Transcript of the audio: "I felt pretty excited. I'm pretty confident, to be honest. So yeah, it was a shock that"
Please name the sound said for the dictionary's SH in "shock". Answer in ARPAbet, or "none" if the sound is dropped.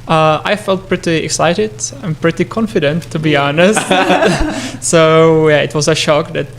SH